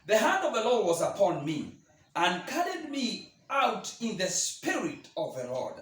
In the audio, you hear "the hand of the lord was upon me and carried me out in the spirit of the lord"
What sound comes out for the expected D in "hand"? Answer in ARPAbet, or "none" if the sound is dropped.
D